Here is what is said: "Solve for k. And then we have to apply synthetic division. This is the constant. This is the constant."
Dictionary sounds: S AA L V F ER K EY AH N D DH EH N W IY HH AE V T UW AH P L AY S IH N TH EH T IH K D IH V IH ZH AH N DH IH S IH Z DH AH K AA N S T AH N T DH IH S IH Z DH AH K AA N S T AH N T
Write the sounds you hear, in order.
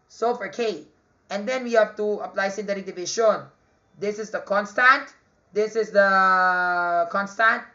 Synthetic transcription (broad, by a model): S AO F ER K EY AH N D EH N W IY HH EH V T UW AH P L AY S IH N T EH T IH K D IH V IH SH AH N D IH S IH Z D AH K AA N S T AH N T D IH S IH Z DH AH K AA N S T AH N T